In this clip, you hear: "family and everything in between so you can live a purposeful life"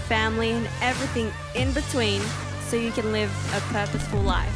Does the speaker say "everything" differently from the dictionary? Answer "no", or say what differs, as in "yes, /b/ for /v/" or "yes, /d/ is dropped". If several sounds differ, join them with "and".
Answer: no